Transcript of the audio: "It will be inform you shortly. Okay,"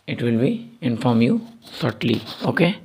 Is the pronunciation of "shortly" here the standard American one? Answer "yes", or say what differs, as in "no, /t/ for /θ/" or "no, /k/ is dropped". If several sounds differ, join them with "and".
no, /s/ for /ʃ/